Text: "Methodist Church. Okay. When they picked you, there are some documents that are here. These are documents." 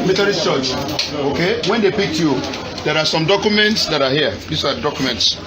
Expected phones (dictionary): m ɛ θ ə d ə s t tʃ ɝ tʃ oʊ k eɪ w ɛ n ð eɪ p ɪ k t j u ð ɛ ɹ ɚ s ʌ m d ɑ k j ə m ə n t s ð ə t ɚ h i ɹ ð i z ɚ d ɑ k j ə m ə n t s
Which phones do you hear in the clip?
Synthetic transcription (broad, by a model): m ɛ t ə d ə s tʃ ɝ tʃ oʊ k eɪ w ɛ n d eɪ p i k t j u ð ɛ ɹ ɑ s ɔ m d ɑ k j ə m ə n t s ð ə t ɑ h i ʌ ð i s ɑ d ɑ k j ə m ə n t s